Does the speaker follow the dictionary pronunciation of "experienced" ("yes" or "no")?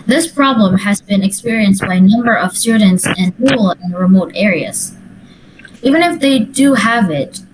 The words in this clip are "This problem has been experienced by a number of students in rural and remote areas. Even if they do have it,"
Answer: yes